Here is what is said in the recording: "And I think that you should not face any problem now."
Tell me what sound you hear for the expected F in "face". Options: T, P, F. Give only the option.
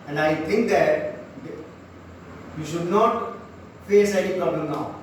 F